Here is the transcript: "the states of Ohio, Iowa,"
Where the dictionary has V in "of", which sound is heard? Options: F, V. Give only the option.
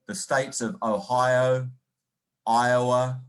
V